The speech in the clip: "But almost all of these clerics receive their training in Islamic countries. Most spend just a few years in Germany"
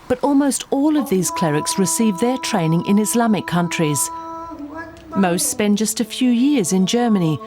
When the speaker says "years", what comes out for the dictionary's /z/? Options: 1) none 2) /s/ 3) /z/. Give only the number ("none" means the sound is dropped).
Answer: 3